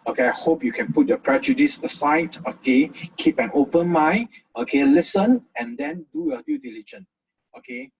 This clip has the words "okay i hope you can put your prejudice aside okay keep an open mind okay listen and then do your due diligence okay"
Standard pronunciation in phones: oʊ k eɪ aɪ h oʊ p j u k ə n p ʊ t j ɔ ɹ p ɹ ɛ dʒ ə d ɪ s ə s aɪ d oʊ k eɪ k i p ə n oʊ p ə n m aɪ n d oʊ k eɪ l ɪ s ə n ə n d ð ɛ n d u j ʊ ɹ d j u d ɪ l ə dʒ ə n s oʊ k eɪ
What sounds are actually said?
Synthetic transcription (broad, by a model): oʊ k eɪ aɪ h oʊ p j u k ə n p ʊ t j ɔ p ɹ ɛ dʒ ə d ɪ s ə s aɪ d oʊ k eɪ k i p ə n oʊ p ə n m aɪ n oʊ k eɪ l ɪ s ə n ə n d ɛ n d u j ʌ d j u d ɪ l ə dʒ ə n oʊ k eɪ